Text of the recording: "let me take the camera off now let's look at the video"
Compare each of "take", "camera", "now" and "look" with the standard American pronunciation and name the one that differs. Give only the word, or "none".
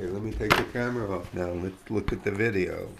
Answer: none